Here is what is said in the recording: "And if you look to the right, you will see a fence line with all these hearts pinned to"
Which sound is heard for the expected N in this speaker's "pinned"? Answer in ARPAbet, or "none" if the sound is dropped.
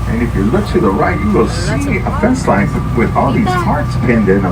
N